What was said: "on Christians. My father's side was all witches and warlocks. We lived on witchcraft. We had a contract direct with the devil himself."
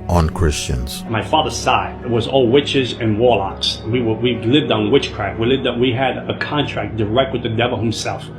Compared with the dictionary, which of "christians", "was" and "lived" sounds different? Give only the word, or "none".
none